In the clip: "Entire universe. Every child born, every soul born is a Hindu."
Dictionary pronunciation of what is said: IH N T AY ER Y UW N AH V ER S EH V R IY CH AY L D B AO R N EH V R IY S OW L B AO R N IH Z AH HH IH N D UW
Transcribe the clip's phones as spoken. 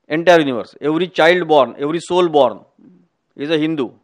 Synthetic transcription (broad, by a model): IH N T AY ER Y UW N AH V ER S EH V R IY CH AY L D B AO R N EH V R IY S OW L B AO R N IH Z AH HH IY N D UW